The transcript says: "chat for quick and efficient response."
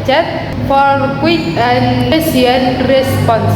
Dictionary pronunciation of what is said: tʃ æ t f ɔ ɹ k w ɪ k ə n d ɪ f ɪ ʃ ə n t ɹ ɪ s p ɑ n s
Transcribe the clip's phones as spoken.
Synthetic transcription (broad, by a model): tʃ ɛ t f ɔ ɹ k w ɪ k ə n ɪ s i ə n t ɹ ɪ s p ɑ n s